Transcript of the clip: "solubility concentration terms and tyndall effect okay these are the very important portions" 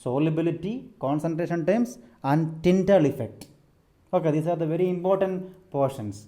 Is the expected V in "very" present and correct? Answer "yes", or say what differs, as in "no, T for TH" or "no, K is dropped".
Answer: yes